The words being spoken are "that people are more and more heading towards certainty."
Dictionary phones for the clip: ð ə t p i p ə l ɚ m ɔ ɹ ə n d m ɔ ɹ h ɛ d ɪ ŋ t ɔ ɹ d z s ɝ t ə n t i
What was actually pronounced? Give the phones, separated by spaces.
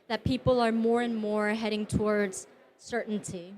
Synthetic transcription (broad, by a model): ð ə t p i p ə l ɚ m ɔ ɹ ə n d m ɔ ɹ h ɛ d ɪ ŋ t ɔ ɹ d z s ɝ t n t i